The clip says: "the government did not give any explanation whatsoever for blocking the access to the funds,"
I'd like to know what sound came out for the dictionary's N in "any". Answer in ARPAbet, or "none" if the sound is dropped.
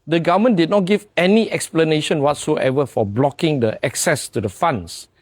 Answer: N